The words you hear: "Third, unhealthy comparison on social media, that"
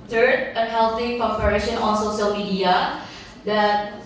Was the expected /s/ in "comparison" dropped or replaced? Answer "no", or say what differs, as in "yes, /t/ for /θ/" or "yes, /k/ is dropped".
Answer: yes, /ʃ/ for /s/